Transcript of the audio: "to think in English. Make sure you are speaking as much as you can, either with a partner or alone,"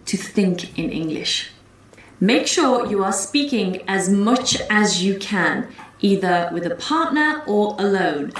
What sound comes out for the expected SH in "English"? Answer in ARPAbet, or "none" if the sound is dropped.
SH